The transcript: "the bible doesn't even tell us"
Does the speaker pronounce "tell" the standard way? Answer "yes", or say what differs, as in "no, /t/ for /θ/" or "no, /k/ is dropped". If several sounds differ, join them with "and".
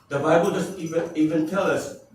yes